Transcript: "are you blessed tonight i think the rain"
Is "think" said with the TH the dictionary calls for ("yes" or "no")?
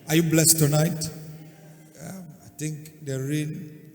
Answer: no